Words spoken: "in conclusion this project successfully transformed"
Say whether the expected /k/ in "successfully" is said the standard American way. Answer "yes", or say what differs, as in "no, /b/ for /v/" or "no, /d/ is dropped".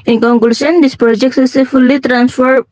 no, /k/ is dropped